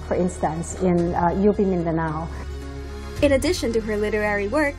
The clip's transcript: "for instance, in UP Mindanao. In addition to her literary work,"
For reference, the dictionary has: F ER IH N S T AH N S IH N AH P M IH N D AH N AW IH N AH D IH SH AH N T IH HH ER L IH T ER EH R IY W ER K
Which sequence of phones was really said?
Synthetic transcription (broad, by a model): F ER IH N S T AH N S IH N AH B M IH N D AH N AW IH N AH D IH SH AH N T IH HH ER L IH T ER EH R IY W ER K